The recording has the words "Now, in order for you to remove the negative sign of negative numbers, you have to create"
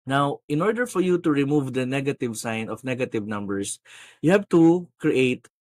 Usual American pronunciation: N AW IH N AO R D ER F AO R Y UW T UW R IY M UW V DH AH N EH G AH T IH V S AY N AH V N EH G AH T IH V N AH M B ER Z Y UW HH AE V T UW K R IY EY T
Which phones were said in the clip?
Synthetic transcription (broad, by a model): N AW IH N AO R D ER F AO R Y UW T UW R IY M UW V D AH N EH G AH T IH V S AY N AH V N EH G AH T IH V N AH M B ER S Y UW HH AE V T UW K R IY EY T